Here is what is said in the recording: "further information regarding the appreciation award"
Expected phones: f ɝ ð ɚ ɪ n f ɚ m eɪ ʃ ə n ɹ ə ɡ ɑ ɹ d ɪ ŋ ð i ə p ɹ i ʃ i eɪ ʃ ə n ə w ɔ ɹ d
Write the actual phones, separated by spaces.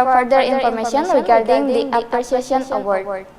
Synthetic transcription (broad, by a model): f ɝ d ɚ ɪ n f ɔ m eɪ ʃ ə n ɹ ə ɡ ɑ ɹ d ɪ ŋ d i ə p i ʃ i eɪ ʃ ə n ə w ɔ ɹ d